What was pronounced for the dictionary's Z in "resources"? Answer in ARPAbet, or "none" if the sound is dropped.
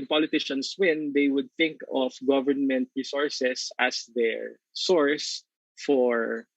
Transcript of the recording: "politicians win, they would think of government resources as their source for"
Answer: S